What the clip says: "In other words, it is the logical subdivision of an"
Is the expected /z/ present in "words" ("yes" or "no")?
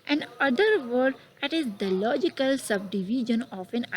no